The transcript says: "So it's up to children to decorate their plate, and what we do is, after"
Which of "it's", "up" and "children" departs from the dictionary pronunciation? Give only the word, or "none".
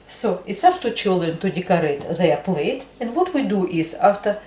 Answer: up